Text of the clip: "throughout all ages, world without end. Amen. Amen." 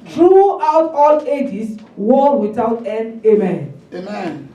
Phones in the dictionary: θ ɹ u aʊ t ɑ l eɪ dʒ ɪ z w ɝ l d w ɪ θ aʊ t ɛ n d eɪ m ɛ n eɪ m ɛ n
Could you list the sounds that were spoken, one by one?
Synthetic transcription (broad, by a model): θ ɹ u aʊ t ɑ l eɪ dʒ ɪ s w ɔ w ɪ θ aʊ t ɛ n d eɪ m ɛ n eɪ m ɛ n